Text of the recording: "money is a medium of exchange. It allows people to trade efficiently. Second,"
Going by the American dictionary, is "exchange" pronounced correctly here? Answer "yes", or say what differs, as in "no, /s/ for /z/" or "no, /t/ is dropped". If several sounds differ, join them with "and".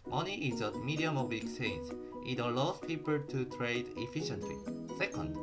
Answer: no, /tʃ/ is dropped